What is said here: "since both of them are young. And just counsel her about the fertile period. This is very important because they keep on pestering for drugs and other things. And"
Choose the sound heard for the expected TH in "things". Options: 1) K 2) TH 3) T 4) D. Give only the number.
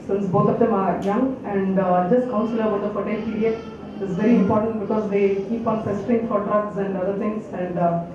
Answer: 3